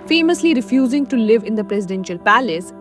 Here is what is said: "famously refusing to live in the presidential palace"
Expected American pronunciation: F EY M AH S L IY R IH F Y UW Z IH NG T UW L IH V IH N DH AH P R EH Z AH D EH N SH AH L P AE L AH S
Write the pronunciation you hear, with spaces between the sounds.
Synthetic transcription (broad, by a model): F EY M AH S L IY R IH F Y UW Z IH NG T UW L IH V IH N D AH P R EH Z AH D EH N SH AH L P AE L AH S